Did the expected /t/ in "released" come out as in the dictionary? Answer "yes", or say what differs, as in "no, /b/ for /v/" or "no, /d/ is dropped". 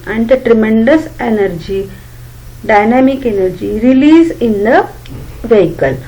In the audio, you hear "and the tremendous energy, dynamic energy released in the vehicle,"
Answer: no, /t/ is dropped